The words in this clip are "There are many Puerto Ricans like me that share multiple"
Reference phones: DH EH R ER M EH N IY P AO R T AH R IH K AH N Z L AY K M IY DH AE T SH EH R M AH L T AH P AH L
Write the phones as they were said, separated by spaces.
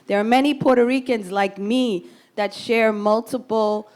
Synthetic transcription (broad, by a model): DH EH R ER M EH N IY P AO R T AH R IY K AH N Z L AY K M IY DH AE T SH EH R M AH L T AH P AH L